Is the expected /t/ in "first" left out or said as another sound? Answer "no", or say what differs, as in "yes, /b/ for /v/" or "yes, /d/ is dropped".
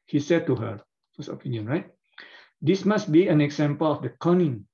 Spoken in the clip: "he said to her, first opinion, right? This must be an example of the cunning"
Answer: yes, /t/ is dropped